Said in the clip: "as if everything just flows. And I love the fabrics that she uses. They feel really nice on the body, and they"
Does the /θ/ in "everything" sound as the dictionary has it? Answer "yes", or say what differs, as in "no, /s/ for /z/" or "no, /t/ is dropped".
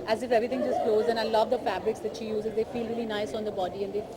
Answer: no, /t/ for /θ/